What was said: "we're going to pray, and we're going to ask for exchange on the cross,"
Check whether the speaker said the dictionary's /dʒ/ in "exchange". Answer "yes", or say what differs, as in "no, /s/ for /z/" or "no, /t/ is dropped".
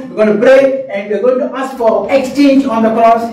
yes